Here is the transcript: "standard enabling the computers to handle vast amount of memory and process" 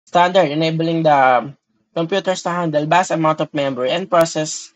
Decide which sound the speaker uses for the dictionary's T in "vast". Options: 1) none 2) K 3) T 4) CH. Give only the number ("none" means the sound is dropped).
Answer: 1